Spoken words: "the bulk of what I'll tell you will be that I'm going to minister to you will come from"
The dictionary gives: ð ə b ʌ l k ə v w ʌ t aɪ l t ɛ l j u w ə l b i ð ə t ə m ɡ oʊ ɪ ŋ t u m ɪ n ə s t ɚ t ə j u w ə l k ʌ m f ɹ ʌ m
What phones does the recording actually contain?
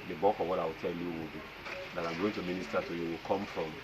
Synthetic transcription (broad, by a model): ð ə b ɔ k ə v w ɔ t aɪ w t ɛ l j u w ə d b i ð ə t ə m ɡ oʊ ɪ t u m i n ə s t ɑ t ə j u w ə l k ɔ m f ɹ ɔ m